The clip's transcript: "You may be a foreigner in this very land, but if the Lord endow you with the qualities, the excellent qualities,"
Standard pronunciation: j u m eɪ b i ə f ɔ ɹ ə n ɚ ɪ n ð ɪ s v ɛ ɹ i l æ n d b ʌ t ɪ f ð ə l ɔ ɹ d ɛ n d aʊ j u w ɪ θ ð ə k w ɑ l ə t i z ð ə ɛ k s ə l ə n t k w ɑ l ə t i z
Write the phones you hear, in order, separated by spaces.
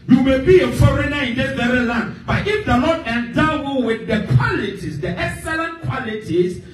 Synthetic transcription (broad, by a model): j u m eɪ b i ə f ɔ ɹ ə n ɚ ɪ n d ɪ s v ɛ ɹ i l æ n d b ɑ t ɪ f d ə n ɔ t ɛ n d aʊ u w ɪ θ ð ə k w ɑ l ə t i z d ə ɛ k s ə l ə n t k w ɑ l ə t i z